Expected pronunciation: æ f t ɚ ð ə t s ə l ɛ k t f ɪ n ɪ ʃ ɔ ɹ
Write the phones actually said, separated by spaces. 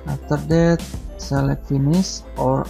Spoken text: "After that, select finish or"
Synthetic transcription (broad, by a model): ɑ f t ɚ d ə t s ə l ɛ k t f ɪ n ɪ s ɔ ɹ